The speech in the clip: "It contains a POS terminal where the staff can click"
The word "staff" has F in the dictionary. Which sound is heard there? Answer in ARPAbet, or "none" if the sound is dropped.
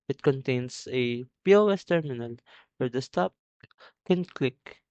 P